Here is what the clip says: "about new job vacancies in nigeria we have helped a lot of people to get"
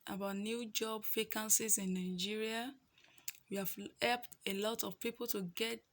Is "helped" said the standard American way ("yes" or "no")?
yes